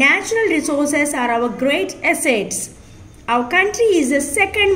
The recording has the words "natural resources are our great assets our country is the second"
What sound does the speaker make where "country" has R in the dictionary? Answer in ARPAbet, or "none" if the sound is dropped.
R